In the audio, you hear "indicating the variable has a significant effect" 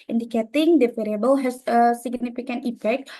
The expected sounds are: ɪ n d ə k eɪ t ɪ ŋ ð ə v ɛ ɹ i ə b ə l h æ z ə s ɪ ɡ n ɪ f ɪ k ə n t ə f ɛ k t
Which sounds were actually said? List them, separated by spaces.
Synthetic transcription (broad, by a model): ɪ n d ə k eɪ t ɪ ŋ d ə f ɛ ɹ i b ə l h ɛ s ə s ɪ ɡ n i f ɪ k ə n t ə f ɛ k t